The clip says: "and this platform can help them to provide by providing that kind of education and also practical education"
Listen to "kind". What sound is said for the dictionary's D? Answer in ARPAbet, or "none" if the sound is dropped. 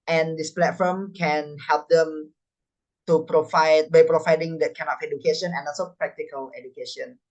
none